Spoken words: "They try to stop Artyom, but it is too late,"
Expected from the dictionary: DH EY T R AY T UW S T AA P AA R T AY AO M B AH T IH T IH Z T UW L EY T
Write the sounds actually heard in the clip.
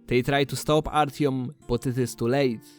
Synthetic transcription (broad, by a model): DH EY T R AY T UW S T AA P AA R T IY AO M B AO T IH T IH S T UW L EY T